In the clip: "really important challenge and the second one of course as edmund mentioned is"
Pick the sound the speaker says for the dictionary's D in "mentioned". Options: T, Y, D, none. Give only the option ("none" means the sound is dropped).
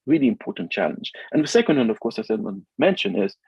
none